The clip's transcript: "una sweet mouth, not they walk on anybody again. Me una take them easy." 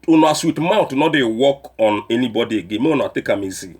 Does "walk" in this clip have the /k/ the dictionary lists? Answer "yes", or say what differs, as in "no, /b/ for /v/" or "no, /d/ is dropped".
yes